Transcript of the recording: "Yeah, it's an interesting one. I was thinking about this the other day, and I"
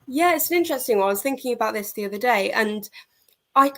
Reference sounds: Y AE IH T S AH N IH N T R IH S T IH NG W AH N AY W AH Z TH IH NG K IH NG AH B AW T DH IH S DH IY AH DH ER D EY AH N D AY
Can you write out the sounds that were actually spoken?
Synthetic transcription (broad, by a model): Y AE IH T S AH N IH N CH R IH S T IH NG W AY W AH Z TH IH NG K IH NG AH B AW T DH IH S DH IY AH DH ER D EY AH N AY